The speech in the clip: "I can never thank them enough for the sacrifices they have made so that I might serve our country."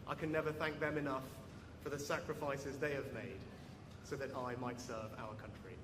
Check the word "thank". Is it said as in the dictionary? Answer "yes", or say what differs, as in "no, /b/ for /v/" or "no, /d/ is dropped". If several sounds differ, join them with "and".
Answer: yes